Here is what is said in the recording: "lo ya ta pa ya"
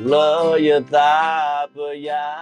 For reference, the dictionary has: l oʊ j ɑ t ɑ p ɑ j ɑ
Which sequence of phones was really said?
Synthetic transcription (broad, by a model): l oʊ j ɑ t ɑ b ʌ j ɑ